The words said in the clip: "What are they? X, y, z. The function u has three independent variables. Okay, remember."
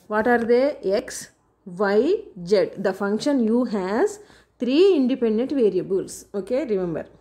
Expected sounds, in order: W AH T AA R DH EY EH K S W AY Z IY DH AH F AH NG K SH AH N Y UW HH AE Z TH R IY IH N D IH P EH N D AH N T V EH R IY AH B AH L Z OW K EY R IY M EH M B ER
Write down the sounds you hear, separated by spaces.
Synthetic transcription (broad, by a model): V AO T AA R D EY EH K S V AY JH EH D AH F AH NG K SH AH N Y UW HH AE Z T R IY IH N D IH P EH N D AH N T V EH R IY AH B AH L S OW K EY R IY M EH M B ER